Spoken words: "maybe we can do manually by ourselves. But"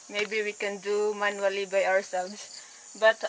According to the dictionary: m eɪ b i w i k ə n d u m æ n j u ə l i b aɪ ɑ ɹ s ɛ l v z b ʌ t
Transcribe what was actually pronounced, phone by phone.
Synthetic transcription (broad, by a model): m eɪ b i w i k ə n d u m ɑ n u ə l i b aɪ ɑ w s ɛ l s b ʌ t